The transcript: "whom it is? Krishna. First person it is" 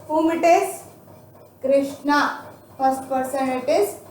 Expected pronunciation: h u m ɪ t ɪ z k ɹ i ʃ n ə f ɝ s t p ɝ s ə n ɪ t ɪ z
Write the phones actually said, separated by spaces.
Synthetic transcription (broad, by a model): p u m ɪ t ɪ s k ɹ i ʃ n ə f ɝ s t p ɝ s ə n ɪ t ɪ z